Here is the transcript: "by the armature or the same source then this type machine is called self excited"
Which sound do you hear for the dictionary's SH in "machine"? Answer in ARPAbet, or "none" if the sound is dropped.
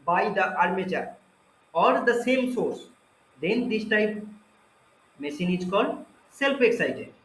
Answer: S